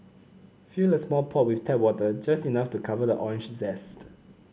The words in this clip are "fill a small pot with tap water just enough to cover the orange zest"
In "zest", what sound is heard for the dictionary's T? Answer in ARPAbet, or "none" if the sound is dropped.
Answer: T